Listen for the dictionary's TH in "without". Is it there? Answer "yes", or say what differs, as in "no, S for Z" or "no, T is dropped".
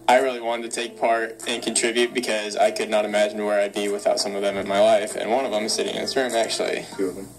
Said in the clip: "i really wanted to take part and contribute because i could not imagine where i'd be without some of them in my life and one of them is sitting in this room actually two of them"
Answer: yes